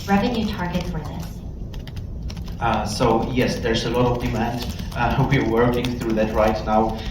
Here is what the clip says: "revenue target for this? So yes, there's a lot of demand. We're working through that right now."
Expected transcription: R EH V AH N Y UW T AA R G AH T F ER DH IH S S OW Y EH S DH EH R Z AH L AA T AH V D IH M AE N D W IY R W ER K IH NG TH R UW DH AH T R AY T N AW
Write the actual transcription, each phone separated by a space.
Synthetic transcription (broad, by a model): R EH V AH N Y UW T AA R G AH T F ER DH IH S S OW Y EH S DH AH R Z AH L AA T AH V D IH M AE N D W IY R W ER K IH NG TH R UW DH AH T R AY T N AW